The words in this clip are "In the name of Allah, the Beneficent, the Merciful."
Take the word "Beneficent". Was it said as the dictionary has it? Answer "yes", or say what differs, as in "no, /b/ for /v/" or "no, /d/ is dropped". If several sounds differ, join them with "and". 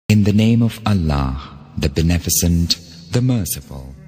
no, /s/ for /ʃ/